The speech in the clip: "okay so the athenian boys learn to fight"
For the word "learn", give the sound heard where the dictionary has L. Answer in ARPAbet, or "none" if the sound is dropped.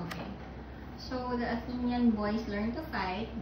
L